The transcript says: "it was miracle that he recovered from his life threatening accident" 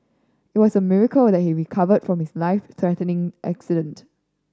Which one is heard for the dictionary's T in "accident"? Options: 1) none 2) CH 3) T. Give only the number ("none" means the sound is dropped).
3